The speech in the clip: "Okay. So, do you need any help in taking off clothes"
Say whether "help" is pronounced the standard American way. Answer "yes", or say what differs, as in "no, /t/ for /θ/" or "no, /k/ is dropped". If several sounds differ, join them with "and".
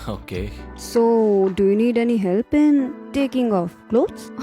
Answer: yes